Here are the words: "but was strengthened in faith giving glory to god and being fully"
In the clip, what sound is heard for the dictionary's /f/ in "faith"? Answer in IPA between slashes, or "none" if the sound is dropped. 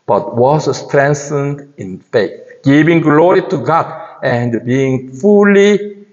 /f/